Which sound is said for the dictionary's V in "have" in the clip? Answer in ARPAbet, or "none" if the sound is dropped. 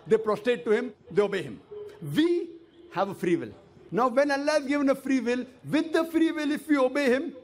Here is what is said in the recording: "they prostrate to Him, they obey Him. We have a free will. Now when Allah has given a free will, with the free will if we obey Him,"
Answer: V